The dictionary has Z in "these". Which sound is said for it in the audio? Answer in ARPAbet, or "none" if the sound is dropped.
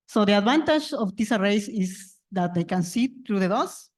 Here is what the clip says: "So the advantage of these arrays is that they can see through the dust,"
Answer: S